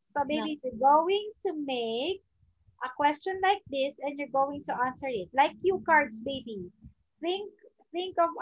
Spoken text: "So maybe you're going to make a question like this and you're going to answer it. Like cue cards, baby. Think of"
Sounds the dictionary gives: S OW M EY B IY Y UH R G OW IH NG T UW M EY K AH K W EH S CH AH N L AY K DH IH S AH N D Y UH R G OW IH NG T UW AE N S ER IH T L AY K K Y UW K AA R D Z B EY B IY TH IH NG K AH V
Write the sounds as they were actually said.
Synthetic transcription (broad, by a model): S OW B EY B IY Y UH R G OW IH NG T UW M EY K AH K W EH S CH AH N L AY K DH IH S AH N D Y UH R G OW IH NG T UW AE N S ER IH T L AY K K Y UW K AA R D S B EY B IY TH IH NG K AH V